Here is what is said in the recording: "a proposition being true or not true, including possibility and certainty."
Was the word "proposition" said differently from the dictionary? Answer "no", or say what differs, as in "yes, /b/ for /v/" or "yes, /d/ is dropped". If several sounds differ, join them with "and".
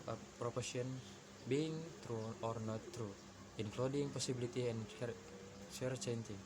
yes, /s/ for /z/ and /ʃ/ is dropped